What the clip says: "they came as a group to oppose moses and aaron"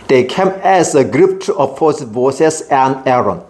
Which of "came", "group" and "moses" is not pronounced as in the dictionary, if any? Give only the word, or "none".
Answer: moses